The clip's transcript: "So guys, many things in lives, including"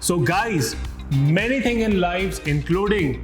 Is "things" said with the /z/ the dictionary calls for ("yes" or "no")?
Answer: no